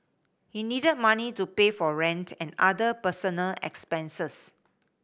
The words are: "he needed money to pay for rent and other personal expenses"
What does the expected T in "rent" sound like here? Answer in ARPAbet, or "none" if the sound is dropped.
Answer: T